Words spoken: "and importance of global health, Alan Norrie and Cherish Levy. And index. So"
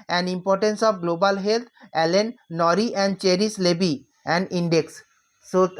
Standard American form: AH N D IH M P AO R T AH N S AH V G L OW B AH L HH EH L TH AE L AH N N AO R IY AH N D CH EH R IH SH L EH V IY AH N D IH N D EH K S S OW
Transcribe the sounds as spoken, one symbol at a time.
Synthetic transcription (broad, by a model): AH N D IH M P AO R T AH N S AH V G L OW B AH L HH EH L T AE L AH N N AO R IY AH N D CH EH R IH S L EH B IY AH N D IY N D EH K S S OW